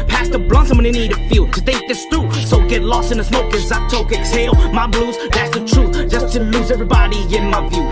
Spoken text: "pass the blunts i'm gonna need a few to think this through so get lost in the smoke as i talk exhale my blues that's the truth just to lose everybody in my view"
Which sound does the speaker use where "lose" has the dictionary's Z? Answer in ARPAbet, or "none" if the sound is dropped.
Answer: Z